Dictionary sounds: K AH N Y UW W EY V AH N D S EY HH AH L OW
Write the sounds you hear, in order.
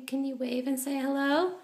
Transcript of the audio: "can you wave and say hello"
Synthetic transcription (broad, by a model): K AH N Y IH W EY V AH N S EY HH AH L OW